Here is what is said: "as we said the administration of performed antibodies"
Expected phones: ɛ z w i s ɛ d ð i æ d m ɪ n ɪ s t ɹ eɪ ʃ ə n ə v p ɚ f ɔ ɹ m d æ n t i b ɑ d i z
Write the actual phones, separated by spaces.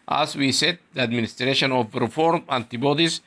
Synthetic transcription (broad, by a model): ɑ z w i s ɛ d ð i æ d m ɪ n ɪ s t ɹ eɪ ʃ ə n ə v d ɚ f ɔ ɹ m æ n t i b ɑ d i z